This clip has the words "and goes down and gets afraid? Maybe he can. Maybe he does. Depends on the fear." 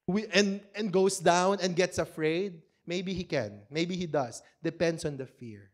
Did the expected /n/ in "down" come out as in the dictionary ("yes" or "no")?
yes